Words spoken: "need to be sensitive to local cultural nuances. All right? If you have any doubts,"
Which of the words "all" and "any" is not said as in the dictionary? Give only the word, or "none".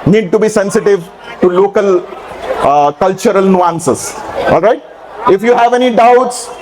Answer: none